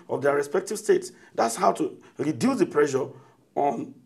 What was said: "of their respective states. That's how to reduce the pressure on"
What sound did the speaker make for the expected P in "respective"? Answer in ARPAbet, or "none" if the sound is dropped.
P